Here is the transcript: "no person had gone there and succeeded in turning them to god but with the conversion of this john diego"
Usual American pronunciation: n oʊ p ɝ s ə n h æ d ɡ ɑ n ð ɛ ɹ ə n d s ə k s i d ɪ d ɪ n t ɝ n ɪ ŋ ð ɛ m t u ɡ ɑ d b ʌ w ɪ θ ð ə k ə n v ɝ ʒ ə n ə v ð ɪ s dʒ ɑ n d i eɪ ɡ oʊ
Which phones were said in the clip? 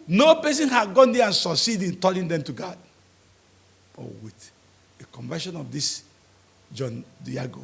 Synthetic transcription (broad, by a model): n oʊ p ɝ s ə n h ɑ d ɡ ɑ n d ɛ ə n s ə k s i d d ɪ n t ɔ l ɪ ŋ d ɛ m t u ɡ ɑ d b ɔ w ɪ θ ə k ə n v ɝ ʃ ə n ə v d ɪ s dʒ ɑ n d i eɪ ɡ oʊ